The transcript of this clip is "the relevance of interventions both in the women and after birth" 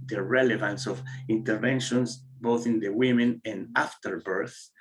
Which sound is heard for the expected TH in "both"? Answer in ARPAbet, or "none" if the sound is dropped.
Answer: TH